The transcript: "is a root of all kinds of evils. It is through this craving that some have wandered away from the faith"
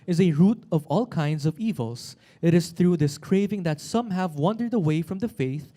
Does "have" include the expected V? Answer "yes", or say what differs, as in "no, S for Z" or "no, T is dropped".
yes